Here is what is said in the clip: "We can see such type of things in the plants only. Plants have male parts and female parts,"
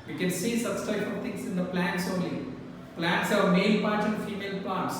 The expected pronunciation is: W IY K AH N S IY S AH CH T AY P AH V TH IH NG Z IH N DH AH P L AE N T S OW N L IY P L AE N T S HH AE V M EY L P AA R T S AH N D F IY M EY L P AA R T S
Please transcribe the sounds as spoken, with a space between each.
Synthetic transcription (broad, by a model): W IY K AH N S IY S AH CH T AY AH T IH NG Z IH N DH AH P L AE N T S OW N L IY P L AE N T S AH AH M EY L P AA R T AH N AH F IY M EY L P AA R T S